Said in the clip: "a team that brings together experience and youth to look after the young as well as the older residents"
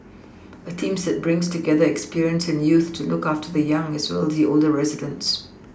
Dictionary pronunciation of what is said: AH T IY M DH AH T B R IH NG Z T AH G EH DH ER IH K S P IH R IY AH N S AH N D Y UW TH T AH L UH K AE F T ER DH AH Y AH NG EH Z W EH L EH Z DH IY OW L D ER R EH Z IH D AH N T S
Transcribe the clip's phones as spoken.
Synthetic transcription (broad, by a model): AH T IY M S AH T B R IH NG Z T AH G EH DH ER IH K S P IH R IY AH N S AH N Y UW TH T AH L UH K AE F T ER DH AH Y AH NG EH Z W EH L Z DH IY OW L D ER R EH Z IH D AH N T S